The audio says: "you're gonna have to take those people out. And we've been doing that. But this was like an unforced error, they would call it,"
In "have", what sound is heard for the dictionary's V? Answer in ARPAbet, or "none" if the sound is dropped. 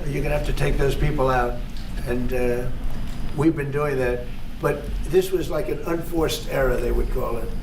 F